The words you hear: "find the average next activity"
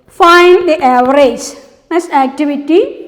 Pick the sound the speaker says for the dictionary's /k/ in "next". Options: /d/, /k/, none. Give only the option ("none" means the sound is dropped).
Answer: none